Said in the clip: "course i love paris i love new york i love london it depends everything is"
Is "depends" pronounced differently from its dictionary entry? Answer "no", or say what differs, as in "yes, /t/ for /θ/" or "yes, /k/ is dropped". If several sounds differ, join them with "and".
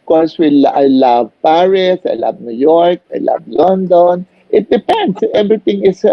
yes, /s/ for /z/